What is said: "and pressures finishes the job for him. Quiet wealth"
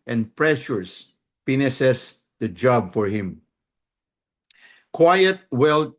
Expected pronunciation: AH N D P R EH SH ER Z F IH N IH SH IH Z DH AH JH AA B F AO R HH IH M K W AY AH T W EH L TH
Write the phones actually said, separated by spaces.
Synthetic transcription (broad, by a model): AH N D P R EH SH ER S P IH N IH S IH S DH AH JH AA B F AO R HH IH M K W AY AH T W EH L